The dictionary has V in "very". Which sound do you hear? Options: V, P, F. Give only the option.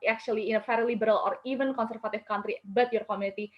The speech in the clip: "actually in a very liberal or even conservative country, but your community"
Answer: F